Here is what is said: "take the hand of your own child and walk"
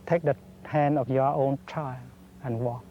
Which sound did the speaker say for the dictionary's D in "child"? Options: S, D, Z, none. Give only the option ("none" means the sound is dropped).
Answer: none